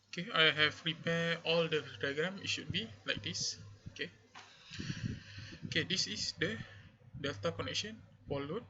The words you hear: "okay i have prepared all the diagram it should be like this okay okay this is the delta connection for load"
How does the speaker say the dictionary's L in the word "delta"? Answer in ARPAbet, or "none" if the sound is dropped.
L